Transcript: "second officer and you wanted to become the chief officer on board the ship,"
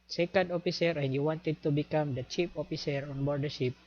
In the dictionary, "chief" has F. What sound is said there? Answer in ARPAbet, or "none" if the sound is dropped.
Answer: P